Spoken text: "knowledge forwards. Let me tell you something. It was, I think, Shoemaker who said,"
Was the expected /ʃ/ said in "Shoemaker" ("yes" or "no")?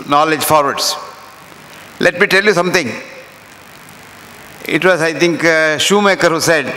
yes